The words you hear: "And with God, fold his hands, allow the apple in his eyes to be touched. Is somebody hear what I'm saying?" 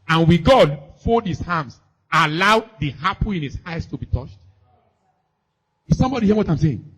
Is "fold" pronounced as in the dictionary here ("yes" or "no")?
no